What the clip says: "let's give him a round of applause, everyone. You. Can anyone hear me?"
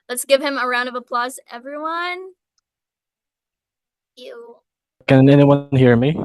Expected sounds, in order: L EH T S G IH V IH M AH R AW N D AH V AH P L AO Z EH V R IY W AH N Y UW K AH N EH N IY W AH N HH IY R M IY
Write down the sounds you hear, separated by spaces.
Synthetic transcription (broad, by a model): L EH T S G IH V IH M AH R AW N D AH V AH P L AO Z EH V R IY W AH N Y UW K AH N EH N IY W AH N HH IY R M IY